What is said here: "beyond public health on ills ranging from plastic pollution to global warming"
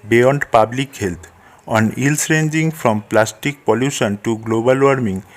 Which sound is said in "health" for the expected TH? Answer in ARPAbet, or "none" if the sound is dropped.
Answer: T